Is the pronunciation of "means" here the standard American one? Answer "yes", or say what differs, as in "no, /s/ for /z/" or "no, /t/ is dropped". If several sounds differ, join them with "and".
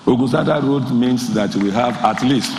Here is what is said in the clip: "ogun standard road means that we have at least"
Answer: no, /s/ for /z/